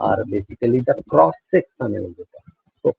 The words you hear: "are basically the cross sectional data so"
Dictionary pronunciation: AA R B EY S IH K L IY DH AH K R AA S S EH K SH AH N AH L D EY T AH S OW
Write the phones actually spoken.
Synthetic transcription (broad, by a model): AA R B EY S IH K L IY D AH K R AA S S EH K S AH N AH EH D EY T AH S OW